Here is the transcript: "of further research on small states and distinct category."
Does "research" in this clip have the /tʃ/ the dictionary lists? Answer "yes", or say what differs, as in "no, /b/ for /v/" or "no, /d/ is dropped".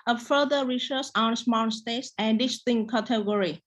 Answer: no, /s/ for /tʃ/